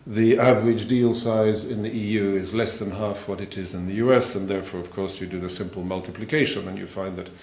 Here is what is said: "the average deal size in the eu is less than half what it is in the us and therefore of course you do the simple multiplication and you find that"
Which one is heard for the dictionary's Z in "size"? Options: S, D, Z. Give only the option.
Z